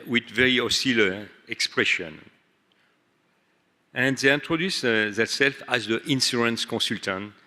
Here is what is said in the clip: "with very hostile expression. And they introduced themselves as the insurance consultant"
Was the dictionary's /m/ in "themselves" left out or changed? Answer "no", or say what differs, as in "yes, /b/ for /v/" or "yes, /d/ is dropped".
yes, /m/ is dropped